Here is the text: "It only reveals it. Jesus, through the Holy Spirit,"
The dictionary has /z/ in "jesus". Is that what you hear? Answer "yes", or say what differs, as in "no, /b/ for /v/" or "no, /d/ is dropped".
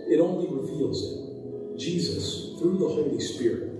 yes